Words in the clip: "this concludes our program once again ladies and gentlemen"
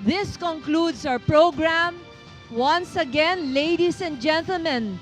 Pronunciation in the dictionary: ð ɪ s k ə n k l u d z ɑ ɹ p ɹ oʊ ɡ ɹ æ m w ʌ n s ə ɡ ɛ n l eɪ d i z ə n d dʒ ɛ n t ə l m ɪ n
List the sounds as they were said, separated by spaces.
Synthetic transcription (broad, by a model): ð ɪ s k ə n k l u d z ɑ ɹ p ɹ oʊ ɡ ɹ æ m w ʌ n s ə ɡ ɛ n l eɪ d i s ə n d dʒ ɛ n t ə l m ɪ n